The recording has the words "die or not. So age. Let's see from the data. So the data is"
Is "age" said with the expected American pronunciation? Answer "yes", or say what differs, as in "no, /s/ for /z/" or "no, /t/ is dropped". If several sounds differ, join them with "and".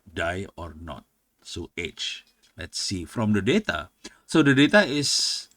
no, /tʃ/ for /dʒ/